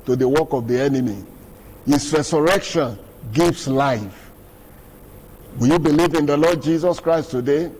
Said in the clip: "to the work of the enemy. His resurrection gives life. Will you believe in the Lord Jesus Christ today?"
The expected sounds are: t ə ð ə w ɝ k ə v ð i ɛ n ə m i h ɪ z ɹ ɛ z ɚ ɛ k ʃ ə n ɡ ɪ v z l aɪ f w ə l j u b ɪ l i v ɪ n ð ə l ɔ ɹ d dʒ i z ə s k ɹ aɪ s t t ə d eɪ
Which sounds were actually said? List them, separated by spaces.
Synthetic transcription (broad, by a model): t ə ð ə w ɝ k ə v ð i ɛ n ə m i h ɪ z ɹ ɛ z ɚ ɛ k ʃ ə n ɡ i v s l aɪ f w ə j u b ɪ l i v ɪ n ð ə l ɔ d dʒ i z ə s k ɹ aɪ s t t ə d eɪ